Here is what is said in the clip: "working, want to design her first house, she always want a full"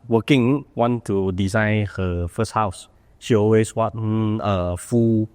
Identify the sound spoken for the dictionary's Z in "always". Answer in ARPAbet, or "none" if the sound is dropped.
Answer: S